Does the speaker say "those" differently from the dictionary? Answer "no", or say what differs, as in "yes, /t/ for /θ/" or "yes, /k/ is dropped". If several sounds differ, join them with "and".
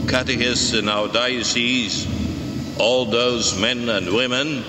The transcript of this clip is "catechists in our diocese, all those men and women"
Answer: no